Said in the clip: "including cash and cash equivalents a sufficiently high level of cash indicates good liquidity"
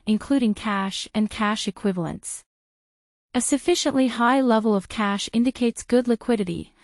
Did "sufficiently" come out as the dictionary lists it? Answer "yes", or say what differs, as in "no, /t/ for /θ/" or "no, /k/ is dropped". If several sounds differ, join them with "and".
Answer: yes